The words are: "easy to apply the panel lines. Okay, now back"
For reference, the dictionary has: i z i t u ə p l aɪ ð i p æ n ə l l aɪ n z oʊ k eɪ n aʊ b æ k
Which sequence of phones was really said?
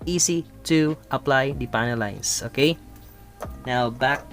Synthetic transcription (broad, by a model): i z i t u ə p l aɪ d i p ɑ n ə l l aɪ n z oʊ k eɪ n aʊ b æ k